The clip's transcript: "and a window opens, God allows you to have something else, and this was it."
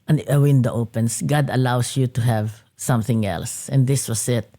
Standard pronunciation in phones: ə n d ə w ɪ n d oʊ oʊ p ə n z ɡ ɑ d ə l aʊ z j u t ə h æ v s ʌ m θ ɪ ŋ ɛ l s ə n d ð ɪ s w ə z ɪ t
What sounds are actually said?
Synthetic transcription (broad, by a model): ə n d ə w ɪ n d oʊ oʊ p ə n s ɡ ɑ d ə l aʊ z j u t ə h æ v s ʌ m θ ɪ ŋ ɛ l s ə n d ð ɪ s w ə s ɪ t